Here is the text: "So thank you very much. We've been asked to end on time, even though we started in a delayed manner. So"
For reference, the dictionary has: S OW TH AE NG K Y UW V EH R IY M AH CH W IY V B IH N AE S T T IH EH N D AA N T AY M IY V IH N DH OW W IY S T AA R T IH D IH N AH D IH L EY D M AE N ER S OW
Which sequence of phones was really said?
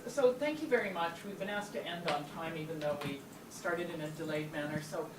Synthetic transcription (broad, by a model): S OW TH AE NG K Y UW V EH R IY M AH CH W IY V B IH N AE S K T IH EH N D N T AY M IY V IH N DH OW W IY S T AA R T IH D IH N AH D IH L EY D M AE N ER S OW